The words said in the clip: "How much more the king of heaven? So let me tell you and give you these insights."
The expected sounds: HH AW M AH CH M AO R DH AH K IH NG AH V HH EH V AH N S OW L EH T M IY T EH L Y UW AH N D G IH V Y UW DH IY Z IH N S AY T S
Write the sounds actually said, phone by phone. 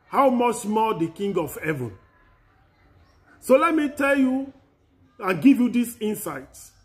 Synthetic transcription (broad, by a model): HH AW M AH CH M AO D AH K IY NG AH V HH EH V AH N S OW L EH T M IY T EH L Y UW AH N G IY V Y UW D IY S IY N S AY T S